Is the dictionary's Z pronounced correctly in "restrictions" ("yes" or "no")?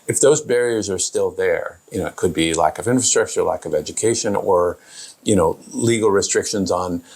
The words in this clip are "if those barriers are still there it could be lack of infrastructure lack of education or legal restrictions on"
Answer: yes